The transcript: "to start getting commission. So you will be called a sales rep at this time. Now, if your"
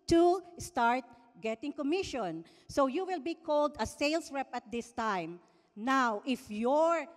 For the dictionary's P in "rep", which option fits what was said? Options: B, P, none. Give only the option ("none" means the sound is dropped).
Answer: P